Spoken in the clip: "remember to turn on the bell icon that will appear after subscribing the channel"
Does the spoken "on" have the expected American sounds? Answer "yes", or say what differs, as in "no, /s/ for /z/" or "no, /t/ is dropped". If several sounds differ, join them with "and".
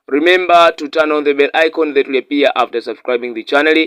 yes